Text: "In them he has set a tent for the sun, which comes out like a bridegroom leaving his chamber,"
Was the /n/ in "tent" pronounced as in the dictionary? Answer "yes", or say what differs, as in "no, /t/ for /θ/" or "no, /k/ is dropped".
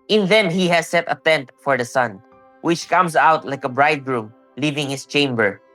yes